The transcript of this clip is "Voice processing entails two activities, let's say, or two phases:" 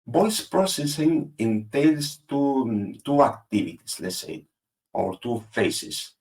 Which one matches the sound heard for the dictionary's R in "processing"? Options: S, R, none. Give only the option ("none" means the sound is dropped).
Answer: R